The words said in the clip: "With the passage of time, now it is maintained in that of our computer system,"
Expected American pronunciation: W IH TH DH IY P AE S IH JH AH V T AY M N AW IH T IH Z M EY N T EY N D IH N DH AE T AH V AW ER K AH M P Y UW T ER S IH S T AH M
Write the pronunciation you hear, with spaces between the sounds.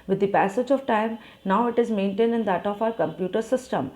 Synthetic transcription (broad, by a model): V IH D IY P AE S IH JH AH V T AY M N AW IH T IH Z M EY N T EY N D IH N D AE T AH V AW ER K AH M P Y UW T ER S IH S T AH M